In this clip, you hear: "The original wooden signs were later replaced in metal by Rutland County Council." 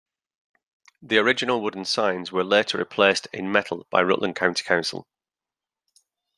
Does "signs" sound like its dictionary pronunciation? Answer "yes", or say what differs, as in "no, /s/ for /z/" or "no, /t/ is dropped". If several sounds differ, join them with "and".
yes